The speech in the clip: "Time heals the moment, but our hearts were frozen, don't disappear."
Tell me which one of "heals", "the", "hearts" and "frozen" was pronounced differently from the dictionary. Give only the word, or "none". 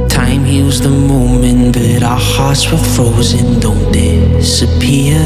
heals